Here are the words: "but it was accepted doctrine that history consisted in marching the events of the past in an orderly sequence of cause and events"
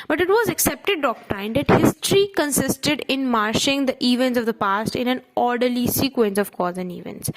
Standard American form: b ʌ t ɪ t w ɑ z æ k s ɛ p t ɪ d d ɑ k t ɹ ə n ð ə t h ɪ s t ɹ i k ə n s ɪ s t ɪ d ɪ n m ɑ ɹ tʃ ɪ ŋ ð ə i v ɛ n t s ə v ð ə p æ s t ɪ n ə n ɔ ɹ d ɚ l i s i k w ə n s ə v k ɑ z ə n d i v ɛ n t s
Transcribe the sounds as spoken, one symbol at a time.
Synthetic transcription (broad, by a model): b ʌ t ɪ t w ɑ z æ k s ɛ p t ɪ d d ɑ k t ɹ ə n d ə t h ɪ s t ɹ i k ə n s ɪ s t ɪ d ɪ n m ɑ ɹ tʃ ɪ ŋ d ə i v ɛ n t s ə v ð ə p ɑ s t ɪ n ə n ɔ ɹ d ɚ l i s i k w ə n s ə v k ɑ z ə n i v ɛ n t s